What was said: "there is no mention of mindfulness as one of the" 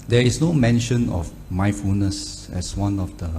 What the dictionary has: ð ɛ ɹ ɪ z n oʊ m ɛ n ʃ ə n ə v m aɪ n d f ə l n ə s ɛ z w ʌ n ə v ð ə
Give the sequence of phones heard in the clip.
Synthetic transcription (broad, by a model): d ɛ ɹ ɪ s n oʊ m ɛ n ʃ ə n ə f m aɪ f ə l n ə s ɛ s w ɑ n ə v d ə